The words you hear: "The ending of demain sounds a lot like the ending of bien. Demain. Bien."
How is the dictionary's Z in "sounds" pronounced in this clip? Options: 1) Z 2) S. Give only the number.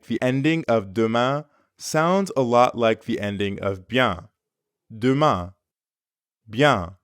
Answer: 1